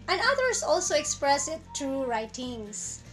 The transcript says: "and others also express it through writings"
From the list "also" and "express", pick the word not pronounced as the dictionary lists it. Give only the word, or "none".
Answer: none